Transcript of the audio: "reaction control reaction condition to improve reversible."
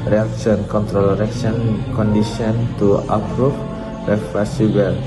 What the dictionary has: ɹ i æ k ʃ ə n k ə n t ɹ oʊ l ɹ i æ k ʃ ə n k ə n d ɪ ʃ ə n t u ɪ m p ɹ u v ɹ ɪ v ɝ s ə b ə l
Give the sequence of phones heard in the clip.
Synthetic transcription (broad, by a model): ɹ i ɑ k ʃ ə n k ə n t ɹ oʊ l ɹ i k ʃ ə n k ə n d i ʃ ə n t u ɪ p ɹ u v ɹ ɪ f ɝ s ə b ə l